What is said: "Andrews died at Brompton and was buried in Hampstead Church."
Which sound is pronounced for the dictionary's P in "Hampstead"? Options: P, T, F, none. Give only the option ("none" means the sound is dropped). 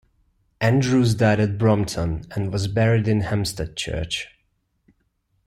none